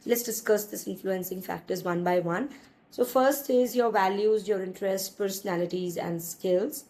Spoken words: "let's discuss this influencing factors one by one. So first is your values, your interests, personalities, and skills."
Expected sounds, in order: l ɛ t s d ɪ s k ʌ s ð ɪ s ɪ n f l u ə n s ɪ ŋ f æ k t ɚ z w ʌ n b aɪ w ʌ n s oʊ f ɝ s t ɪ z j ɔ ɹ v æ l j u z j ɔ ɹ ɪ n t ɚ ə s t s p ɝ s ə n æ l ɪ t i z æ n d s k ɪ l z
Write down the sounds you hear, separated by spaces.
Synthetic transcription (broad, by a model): l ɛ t s d ɪ s k ʌ s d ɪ s ɪ n f l u ə n s ɪ ŋ f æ k t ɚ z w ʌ n b aɪ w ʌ n s oʊ f ɝ s t ɪ z j ɔ ɹ v æ l j u z j ɔ ɹ ɪ n t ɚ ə s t p ɝ s ə n æ l ɪ t i z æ n d s k ɪ l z